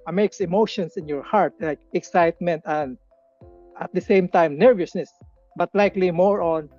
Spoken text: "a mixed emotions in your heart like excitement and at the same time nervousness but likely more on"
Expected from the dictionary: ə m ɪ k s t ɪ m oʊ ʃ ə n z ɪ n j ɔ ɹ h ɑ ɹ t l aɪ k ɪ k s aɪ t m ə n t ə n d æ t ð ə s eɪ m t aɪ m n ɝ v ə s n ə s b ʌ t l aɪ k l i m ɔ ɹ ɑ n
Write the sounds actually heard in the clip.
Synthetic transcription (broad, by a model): m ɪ k s ɪ m oʊ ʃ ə n s ɪ n j ɔ ɹ h ɑ ɹ t l aɪ k ɪ k s aɪ t m ə n t ə n d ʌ t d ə s eɪ m t aɪ m n ɝ v ə s n ə s b ʌ t l aɪ k l i m ɔ ɹ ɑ n